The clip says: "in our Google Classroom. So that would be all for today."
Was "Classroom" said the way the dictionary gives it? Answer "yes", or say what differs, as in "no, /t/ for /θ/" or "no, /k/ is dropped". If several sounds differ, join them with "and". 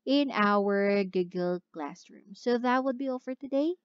yes